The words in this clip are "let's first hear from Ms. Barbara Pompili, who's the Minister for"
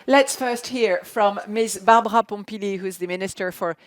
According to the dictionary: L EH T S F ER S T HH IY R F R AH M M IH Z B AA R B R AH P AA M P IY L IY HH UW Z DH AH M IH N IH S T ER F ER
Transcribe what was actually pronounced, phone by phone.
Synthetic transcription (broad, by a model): L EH T S F ER S T HH IY R F R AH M M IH S B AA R B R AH P AA M P IY L IY HH UW Z DH AH M IH N IH S T ER F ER